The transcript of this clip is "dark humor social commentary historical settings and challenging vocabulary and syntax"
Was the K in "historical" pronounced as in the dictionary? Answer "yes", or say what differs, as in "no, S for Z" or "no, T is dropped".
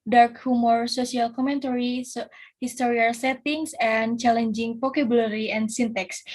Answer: no, K is dropped